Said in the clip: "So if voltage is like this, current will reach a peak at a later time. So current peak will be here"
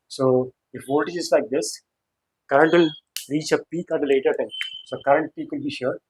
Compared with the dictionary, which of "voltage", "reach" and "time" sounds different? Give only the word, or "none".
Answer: voltage